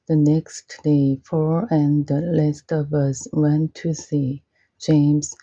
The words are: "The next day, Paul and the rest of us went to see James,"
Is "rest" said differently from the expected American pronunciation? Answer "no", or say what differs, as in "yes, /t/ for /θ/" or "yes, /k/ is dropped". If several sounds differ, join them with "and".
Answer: yes, /l/ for /ɹ/